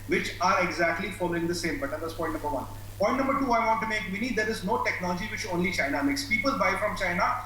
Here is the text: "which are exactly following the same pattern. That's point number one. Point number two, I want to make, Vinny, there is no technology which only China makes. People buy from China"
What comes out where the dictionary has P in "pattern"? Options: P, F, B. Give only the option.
B